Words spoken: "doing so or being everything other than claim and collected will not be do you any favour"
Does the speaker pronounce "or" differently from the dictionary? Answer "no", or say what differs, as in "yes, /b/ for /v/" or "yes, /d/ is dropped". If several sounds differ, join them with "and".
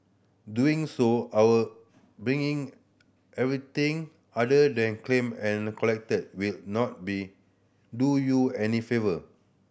yes, /w/ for /ɹ/